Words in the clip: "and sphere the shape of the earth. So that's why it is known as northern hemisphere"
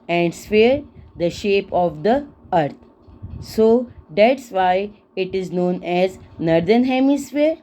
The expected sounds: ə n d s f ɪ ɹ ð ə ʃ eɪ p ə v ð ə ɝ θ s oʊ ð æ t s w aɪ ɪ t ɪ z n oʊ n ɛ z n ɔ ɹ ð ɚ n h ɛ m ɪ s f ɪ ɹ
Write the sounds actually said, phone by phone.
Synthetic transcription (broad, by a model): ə n d s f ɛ ɹ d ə ʃ eɪ p ə v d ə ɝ t s oʊ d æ t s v aɪ ɪ t ɪ z n oʊ n ɛ z n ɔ ɹ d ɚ n h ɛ m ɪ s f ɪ ɹ